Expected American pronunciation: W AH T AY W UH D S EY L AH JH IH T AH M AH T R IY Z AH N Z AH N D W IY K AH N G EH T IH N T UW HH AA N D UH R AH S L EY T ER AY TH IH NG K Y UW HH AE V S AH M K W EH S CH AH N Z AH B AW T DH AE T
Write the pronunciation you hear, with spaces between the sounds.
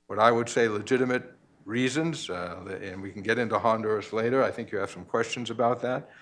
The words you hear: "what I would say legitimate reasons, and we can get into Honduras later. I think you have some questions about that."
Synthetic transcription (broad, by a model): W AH T AY W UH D S EY L AH JH IH T AH M AH T R IY Z AH N Z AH N W IY K N G EH T IH N T UW HH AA N D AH R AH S L EY T ER AY TH IH NG K Y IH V S AH M K W EH S CH AH N Z AH B AW T DH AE T